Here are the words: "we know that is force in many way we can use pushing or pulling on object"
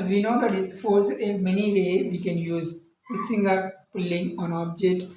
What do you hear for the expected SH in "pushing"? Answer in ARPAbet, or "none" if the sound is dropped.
S